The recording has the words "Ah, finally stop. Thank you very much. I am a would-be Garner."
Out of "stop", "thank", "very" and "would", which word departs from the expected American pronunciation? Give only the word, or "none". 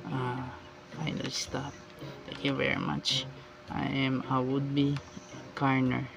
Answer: thank